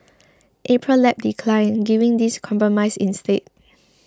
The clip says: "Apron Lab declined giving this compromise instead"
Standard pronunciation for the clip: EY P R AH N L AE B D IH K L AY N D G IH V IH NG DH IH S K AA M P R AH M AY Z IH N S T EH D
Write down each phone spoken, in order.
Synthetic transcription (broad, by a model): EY P R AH L L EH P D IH K L AY N G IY V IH NG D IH S K AA M P R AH M AY S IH N S T EH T